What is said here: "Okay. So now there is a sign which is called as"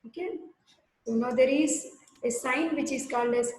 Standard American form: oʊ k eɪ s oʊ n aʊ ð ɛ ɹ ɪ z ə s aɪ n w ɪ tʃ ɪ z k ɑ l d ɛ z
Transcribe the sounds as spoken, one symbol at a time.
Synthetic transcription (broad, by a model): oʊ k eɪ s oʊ n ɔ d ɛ ɹ ɪ z ə s aɪ n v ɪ tʃ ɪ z k ɑ l d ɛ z